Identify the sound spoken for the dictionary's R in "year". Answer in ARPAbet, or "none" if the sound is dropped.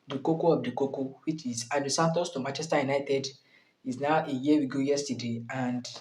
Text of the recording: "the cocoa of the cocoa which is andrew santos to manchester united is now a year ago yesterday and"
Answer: W